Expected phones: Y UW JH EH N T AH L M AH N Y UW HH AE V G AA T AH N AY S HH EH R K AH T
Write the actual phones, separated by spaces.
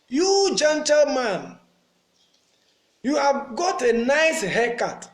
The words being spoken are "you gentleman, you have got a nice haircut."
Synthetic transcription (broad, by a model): Y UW JH EH N T AH L M AH N Y UW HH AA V G AA T AH N AY S HH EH K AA T